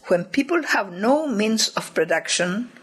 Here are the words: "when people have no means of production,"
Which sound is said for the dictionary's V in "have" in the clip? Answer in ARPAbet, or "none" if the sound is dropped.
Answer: V